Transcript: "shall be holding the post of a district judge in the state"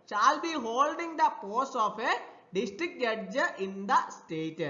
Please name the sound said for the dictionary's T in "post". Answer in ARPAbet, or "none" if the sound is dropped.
none